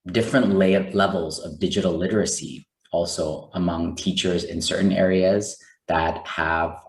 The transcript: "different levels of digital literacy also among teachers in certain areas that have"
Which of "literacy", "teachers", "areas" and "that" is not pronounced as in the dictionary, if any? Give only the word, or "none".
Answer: none